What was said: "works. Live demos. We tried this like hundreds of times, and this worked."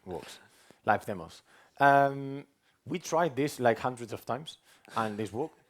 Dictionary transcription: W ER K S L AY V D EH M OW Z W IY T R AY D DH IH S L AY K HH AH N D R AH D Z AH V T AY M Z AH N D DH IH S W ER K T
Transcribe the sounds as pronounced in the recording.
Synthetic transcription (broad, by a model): W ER K S L AY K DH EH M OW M W IY T R AY D DH IH S L AY K HH AH N D R AH D Z AH V T AY M Z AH N DH IH S W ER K